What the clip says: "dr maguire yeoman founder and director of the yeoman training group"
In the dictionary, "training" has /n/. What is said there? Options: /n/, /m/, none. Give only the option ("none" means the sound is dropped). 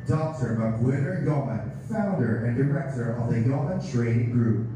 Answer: none